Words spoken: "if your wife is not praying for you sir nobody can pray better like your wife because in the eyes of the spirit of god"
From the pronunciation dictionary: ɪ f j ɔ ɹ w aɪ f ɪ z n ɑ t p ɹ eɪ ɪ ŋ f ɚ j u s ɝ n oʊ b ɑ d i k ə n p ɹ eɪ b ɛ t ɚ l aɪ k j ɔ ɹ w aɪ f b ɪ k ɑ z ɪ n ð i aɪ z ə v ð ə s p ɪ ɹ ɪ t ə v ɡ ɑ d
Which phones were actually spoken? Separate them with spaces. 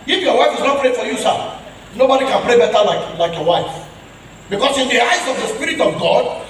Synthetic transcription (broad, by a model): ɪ f j ɔ w aɪ f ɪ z n ɑ t p ɹ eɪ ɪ f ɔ j u s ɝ n oʊ b ɑ d i k ə n p ɹ eɪ b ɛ t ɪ l aɪ k j ɔ w aɪ f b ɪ k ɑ s ɪ n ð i aɪ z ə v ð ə s p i ɹ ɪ t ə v ɡ ɑ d